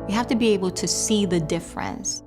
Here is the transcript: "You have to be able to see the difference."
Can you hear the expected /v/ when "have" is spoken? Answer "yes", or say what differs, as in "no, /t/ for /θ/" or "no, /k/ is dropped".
no, /f/ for /v/